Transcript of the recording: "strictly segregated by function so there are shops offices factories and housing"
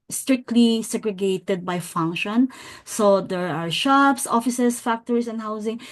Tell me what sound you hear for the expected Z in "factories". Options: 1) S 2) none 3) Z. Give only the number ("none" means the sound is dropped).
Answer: 1